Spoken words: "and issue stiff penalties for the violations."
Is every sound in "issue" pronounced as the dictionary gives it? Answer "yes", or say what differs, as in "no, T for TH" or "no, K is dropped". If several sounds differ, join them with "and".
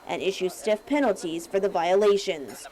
yes